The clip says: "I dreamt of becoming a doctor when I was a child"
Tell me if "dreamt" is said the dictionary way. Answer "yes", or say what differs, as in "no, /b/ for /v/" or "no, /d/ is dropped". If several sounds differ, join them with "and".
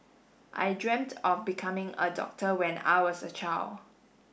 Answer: yes